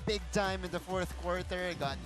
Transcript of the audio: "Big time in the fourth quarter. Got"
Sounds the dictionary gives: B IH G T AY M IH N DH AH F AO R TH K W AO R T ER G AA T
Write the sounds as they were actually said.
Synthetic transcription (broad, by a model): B IH G T AY M IH N DH AH F AO R TH K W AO R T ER G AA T